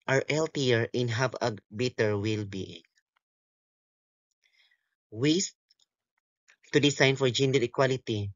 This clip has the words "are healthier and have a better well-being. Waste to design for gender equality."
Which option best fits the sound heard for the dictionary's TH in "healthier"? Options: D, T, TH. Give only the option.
T